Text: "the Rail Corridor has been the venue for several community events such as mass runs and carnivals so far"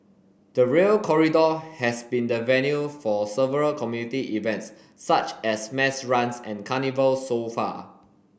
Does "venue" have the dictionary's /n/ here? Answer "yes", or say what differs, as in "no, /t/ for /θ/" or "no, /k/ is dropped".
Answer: yes